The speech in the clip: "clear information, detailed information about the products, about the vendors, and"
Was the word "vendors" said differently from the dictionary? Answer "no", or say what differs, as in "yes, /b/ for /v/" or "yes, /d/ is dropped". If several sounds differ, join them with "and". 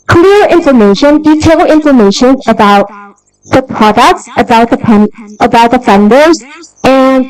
yes, /p/ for /v/